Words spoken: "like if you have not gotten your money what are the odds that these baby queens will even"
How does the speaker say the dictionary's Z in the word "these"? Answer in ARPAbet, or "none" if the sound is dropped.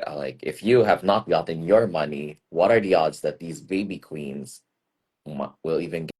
Z